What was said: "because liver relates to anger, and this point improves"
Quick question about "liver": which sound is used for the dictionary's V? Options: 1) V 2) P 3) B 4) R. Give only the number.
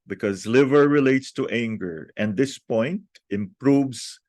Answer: 1